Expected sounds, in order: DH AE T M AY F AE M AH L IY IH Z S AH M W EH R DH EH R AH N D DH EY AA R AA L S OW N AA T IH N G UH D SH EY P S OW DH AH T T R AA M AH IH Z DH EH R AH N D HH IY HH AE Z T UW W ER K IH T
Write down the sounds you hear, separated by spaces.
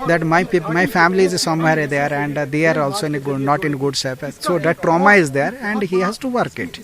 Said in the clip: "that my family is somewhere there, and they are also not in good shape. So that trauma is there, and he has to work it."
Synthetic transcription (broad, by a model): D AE T M AY F AE M AH L IY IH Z S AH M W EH R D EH R AH N D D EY AA R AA L S OW N AA T IH N G UH D S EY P S OW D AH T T R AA M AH IH Z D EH R AH N D HH IY HH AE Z T UW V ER K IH T